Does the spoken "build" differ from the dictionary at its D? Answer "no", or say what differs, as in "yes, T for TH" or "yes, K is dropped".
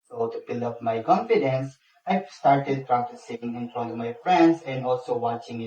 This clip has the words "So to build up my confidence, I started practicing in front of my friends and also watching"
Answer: yes, D is dropped